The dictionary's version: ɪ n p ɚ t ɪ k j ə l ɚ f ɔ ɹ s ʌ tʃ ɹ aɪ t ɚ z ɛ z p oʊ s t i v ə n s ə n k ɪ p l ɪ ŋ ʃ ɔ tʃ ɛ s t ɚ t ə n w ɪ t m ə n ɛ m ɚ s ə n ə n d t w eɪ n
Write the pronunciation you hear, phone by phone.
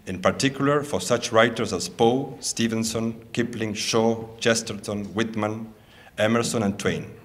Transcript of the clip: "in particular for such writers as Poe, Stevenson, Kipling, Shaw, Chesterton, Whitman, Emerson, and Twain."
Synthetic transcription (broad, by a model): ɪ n p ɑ t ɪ k j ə l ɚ f ɔ ɹ s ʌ tʃ ɹ aɪ t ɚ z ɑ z p oʊ s t i v ə n s ə n k ɪ p l ɪ ŋ ʃ ɔ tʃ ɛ s t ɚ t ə n w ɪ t m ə n ɛ m ɚ s ə n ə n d t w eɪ n